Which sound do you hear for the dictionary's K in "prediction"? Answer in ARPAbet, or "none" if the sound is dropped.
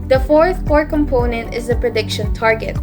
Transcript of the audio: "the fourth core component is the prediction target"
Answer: K